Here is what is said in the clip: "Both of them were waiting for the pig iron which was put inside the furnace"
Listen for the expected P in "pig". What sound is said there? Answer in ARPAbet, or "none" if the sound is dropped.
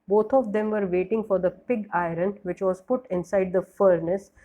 P